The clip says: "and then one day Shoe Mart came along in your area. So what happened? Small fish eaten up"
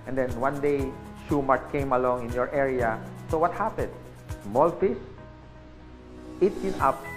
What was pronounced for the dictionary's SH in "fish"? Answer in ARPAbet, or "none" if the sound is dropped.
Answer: S